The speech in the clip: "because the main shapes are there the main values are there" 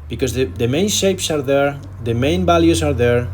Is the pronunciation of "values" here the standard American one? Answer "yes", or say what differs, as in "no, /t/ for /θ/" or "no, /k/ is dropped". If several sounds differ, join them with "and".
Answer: no, /b/ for /v/